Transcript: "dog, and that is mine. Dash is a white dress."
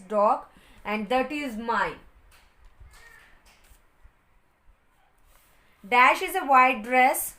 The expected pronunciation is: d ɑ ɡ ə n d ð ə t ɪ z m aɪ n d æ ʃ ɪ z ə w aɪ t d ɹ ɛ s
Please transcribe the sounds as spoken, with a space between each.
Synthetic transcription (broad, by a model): d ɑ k ə n d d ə t ɪ z m aɪ n d æ ʃ ɪ z ə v aɪ d ɹ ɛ s